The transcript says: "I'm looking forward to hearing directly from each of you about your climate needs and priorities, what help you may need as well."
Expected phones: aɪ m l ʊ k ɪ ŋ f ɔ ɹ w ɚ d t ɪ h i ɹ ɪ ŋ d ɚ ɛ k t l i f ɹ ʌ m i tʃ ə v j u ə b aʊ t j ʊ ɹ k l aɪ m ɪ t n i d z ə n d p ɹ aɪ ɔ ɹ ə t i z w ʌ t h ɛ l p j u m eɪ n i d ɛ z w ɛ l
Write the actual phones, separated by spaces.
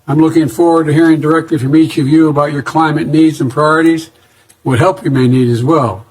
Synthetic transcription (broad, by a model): aɪ m l ʊ k ɪ ŋ f ɔ ɹ w ɚ d t ɪ h i ɹ ɪ ŋ d ɚ ɛ k t l i f ɹ ʌ m i tʃ ə v j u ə b aʊ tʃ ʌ ɹ k l aɪ m ɪ t n i d z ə n p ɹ aɪ ɔ ɹ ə t i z w ʌ t h ɛ l p j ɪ m eɪ n i d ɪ z w ɛ l